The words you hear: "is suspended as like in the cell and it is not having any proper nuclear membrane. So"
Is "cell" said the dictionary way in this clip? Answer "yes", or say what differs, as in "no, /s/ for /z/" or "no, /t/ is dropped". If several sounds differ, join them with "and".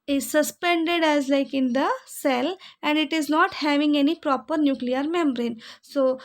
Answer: yes